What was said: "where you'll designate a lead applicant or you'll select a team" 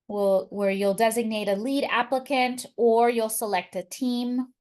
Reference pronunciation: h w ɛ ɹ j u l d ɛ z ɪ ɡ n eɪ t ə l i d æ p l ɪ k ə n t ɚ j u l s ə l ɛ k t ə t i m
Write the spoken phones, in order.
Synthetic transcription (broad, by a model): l w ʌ ɹ j u l d ɛ z ɪ ɡ n eɪ t ə l i d æ p l ɪ k ə n t ɚ j u l s ə l ɛ k t ə t i m